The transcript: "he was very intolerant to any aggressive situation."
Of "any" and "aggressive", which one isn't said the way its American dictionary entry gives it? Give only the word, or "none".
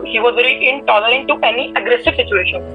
none